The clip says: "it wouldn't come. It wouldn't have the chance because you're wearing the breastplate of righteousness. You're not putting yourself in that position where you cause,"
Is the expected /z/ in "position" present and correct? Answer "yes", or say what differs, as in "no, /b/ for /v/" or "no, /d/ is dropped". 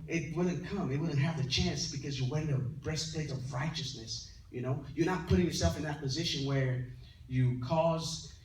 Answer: yes